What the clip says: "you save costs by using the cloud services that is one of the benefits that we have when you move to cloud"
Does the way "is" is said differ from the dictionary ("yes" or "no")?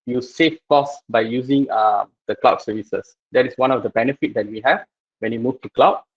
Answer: yes